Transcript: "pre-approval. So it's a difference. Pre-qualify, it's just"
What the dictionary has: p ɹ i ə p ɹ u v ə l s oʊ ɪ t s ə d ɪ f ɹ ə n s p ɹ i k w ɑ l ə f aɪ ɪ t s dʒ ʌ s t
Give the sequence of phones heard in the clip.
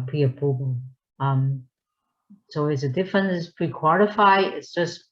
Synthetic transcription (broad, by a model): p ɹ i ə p u b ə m s oʊ ɪ t s ə d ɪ f ɹ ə n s p ɹ i k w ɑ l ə f aɪ ɪ t s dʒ ʌ s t